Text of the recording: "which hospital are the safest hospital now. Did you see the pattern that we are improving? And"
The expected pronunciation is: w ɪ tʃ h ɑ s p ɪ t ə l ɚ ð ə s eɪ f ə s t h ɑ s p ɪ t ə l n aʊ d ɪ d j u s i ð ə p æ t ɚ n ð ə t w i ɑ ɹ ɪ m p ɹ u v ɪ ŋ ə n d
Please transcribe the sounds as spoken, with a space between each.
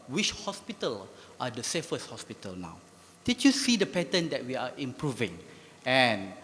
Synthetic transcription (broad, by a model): w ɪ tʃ h ɑ s p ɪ t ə l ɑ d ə s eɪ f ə s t h ɑ s p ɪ t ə l n aʊ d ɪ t j u s i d ə p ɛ t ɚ n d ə t w i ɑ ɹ ɪ m p ɹ u v ɪ ŋ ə n